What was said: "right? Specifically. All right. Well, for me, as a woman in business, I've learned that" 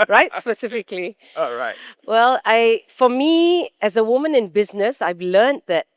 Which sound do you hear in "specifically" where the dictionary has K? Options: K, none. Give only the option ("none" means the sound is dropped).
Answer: K